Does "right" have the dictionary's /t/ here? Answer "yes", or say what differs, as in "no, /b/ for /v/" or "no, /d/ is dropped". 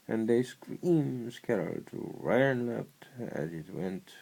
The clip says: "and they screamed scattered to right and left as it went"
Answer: no, /t/ is dropped